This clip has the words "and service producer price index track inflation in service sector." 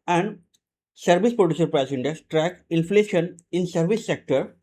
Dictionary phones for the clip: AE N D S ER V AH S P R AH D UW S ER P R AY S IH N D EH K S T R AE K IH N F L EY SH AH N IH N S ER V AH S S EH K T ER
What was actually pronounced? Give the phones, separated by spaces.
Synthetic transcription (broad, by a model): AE N D S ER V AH S P R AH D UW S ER P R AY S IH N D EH S T R AE K IH N F L EY SH AH N IH N S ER V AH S S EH K T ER